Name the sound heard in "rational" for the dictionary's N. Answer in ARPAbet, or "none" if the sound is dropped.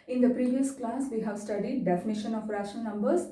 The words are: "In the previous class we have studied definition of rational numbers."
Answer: none